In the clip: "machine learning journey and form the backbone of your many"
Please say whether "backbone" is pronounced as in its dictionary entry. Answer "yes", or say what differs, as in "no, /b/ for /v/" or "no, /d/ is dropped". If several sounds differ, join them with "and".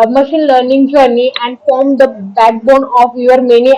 yes